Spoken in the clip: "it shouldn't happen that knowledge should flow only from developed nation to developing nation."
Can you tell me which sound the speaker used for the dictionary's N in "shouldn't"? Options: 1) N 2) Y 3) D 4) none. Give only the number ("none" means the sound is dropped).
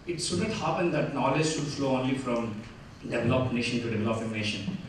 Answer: 4